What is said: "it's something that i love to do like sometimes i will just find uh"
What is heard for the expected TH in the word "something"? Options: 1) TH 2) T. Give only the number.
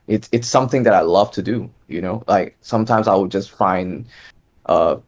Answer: 1